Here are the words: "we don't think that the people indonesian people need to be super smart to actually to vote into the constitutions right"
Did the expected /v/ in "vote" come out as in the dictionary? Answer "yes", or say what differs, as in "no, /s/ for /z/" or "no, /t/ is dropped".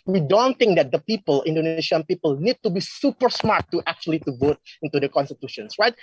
yes